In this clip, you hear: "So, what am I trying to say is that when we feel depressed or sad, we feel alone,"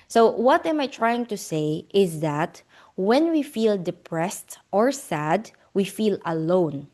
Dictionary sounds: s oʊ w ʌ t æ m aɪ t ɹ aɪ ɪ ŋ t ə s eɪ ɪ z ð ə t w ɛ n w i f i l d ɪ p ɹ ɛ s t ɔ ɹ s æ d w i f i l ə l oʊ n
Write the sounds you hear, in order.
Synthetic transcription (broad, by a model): s oʊ w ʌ t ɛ m aɪ t ɹ aɪ ɪ ŋ t ə s eɪ ɪ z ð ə t w ɛ n w i f i l d ɪ p ɹ ɛ s t ɔ ɹ s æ d w i f i l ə l oʊ n